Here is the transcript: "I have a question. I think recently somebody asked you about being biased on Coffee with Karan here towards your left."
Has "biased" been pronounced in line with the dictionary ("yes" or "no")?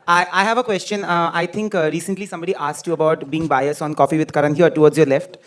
no